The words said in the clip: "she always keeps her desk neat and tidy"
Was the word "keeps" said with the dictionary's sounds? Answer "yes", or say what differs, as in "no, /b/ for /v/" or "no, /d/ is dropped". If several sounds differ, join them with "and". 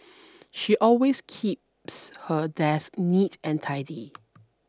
yes